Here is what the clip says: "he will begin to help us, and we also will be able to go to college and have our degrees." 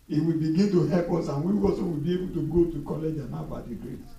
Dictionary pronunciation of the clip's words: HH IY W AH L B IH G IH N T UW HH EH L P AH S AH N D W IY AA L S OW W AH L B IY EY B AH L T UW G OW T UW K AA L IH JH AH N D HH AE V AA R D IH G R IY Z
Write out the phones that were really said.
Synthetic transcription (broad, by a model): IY W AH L B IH G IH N T UW HH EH P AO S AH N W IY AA S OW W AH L B IY EY B AH L T UW G OW T UW K AA L IH JH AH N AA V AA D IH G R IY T